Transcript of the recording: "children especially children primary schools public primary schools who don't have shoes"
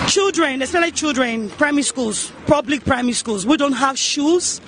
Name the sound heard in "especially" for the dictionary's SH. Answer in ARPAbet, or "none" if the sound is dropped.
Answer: none